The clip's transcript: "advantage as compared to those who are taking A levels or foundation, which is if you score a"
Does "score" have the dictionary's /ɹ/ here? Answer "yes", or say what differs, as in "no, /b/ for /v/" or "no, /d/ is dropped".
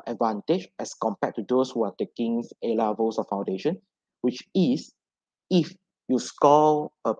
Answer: no, /l/ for /ɹ/